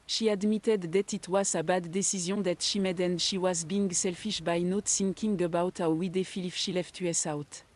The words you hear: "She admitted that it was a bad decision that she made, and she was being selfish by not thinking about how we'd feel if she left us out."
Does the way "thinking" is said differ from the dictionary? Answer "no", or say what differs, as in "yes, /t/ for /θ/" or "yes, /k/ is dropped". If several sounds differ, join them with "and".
yes, /s/ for /θ/